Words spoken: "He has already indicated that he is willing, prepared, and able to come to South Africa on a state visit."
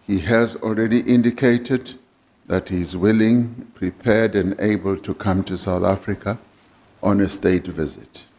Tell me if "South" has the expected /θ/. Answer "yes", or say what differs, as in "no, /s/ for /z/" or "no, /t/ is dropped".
yes